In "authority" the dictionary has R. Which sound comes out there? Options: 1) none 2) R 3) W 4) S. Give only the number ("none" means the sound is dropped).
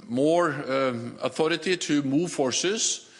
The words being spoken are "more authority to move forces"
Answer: 2